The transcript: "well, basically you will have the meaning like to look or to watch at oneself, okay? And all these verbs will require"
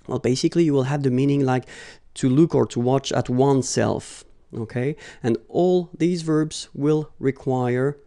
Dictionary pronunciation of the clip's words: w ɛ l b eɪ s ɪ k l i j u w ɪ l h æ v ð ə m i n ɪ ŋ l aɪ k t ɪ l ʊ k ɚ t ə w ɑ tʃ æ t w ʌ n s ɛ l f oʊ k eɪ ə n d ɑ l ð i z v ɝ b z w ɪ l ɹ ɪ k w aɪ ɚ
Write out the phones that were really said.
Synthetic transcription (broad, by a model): w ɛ l b eɪ s ɪ k l i j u w ɪ l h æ v ð ə m i n ɪ ŋ l aɪ k t ɪ l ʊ k ɚ t ə w ɑ tʃ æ t w ʌ n s ɛ l f oʊ k eɪ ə n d ɑ l ð i z v ɝ b z w ɪ l ɹ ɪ k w aɪ ɚ